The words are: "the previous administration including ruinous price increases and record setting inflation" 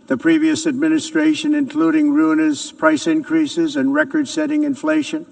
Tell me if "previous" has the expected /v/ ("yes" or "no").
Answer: yes